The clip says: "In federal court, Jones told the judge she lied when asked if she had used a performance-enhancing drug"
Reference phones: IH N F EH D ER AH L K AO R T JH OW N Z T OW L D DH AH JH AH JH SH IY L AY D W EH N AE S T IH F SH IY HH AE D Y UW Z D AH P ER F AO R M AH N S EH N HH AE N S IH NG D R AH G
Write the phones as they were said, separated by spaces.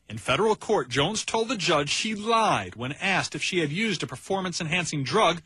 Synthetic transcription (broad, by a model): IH N F EH D ER L K AO R T JH OW N Z T OW L D DH AH JH AH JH SH IY L AY D W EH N AE S T IH F SH IY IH D Y UW Z D AH P ER F AO R M AH N S EH N HH AE N S IH NG D R AH G